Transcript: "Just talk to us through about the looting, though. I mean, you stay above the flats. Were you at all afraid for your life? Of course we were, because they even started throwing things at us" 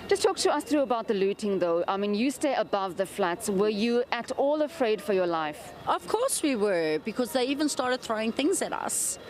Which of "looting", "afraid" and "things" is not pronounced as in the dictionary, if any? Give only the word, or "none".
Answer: none